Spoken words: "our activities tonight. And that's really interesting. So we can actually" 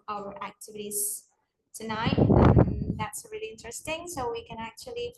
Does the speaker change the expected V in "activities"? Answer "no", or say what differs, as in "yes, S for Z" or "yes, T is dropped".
no